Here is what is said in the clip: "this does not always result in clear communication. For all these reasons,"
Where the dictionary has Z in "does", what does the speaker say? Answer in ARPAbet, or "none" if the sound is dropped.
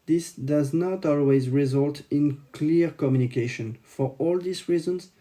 Z